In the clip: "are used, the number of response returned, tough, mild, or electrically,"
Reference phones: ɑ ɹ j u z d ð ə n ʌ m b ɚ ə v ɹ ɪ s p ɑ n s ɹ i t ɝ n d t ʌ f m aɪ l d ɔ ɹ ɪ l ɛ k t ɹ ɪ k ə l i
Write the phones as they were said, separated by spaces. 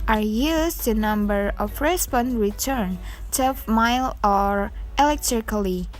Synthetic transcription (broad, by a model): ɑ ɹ j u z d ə n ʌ m b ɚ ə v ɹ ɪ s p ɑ n ɹ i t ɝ n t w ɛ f m aɪ l ɔ ɹ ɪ l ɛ k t ɹ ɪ k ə l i